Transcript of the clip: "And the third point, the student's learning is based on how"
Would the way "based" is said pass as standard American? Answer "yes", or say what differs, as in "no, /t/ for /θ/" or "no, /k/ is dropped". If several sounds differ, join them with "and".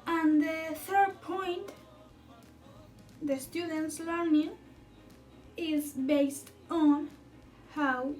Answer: yes